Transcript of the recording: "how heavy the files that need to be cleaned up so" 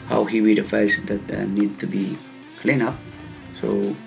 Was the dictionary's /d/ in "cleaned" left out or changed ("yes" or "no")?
yes